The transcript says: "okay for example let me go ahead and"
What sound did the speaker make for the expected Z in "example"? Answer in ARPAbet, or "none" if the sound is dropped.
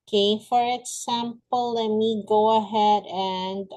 S